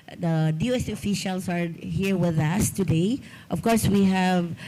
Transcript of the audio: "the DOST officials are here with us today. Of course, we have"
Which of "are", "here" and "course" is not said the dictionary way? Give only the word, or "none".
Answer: none